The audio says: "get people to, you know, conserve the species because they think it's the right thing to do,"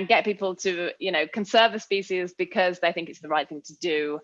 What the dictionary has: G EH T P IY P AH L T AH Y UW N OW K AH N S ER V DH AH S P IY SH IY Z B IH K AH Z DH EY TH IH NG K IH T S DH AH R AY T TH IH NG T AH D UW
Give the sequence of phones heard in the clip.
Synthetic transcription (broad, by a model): G EH T P IY P AH L T AH Y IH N OW K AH N S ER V DH AH S P IY SH IY Z B IH K AH Z DH EY TH IH NG K IH T S DH AH R AY T TH IH NG T AH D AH